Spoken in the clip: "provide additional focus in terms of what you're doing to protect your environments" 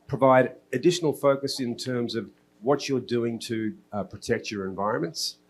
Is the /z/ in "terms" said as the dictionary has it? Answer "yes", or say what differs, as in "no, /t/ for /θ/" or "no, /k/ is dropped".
yes